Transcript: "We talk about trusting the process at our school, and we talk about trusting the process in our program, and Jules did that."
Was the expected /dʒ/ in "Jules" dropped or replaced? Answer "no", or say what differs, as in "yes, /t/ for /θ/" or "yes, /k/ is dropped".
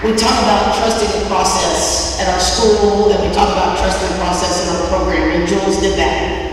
no